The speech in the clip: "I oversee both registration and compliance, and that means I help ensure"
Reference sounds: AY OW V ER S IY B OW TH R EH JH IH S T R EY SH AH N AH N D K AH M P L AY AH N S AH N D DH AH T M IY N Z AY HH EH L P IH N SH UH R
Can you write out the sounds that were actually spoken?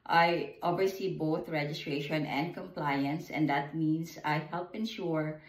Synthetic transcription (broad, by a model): AY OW B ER S IY B OW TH R EH JH IH S T R EY SH AH N AH N D K AH M P L AY AH N S AH N D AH T M IY N S AY HH EH L P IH N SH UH R